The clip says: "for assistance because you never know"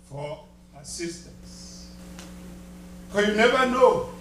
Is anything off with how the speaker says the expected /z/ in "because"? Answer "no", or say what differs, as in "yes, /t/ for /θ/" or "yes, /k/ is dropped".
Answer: yes, /z/ is dropped